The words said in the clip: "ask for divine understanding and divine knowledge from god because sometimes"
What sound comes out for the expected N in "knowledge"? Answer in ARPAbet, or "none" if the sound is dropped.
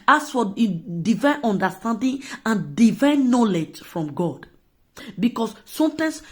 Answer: N